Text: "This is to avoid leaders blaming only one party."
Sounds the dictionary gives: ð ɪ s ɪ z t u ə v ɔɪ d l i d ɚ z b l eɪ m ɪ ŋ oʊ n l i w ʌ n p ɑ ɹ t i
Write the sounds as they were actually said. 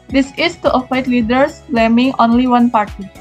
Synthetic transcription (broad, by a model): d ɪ s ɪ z t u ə f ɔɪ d l i d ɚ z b l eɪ m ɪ ŋ oʊ n l i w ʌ n p ɑ ɹ t i